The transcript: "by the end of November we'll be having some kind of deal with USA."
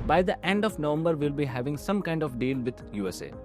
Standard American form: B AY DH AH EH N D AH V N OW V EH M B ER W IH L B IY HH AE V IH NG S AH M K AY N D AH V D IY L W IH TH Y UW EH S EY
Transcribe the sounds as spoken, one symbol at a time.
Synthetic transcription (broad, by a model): B AY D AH EH N D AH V N OW V EH M B ER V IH L B IY HH AE V IH NG S AH M K AY N D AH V D IY L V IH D Y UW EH S EY